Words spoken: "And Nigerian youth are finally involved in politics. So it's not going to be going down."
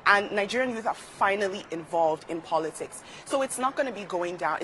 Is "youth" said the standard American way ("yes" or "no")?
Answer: yes